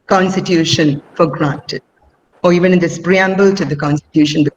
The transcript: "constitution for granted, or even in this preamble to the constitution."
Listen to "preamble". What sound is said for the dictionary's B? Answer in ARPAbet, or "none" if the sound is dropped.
B